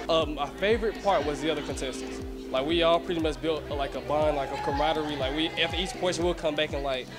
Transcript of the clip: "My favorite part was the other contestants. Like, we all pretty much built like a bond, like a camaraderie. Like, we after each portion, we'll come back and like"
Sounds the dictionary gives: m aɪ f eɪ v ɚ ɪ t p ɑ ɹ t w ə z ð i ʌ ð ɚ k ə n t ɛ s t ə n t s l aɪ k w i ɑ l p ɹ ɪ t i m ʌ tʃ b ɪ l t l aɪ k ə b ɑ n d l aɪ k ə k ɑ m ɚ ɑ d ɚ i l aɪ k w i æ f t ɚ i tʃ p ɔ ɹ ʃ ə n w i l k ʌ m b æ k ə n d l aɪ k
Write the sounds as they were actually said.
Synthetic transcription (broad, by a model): m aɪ f eɪ v ɚ ɪ t p ɑ ɹ t w ə z ð i ʌ ð ɚ k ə n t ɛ s t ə n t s l aɪ k w i ɑ l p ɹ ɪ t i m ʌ s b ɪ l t l aɪ k ə b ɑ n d l aɪ k ə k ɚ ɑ d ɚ i l aɪ k w i æ f t ɚ i tʃ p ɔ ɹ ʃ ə n w i l k ʌ m b æ k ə n l aɪ k